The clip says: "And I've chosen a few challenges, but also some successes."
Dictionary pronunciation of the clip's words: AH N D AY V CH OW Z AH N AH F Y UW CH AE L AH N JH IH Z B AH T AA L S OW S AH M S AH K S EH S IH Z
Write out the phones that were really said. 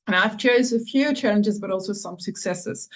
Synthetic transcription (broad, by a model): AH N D AY V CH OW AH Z AH F Y UW CH AE L AH N JH IH Z B AH T AA L S OW S AH M S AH K S EH S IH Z